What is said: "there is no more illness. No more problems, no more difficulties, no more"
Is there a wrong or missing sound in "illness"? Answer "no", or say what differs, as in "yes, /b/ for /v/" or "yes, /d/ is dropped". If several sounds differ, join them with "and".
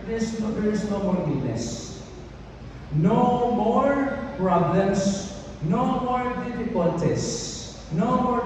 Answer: yes, /l/ is dropped